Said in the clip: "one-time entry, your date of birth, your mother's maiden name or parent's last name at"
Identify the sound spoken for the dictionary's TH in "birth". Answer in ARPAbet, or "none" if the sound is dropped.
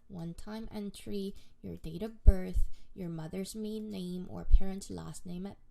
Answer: TH